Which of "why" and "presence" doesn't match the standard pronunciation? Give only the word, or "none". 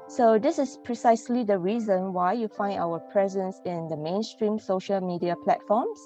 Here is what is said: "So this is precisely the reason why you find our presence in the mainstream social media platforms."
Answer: none